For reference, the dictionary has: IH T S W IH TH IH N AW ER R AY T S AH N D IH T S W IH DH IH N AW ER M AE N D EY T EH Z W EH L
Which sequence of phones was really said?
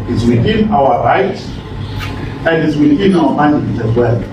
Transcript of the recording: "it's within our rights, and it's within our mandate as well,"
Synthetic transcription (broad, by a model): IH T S W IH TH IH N AW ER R AY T AH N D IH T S W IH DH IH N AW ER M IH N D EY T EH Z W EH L